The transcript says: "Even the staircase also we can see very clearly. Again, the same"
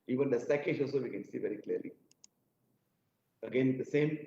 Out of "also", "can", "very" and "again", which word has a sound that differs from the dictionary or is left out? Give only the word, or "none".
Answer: none